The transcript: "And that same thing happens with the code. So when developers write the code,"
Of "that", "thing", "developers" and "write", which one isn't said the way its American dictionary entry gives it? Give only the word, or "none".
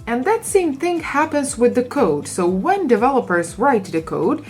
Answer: none